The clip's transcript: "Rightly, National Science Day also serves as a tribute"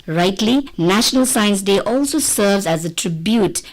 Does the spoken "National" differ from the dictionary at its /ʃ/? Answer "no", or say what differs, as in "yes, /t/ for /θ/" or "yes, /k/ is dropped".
no